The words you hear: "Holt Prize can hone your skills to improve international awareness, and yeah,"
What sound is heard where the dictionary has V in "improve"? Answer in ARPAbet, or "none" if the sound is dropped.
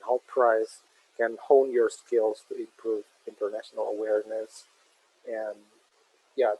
V